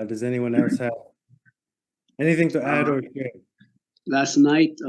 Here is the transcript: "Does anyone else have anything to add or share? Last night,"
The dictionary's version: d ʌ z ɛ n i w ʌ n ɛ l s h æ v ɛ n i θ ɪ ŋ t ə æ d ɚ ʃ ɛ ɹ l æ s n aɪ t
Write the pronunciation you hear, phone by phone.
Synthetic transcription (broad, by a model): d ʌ z ɛ n i w ʌ n ɛ l s h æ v ɛ n i θ ɪ ŋ t ə æ d ɚ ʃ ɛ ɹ l æ s n aɪ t